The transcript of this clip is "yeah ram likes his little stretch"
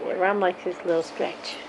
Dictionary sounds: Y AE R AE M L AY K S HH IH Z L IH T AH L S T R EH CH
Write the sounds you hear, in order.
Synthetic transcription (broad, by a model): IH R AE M L AY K HH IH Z L IH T L S T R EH CH